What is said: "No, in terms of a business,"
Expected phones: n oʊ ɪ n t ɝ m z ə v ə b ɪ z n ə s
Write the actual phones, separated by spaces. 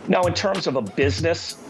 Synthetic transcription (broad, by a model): n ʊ ɪ n t ɝ m z ə v ə b ɪ z n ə s